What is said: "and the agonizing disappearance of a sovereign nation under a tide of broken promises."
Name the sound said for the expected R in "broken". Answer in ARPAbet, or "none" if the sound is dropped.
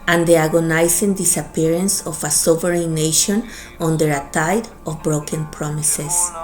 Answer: R